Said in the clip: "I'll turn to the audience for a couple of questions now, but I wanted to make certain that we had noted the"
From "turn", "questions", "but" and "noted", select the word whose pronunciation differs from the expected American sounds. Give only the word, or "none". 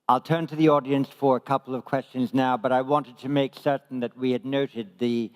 none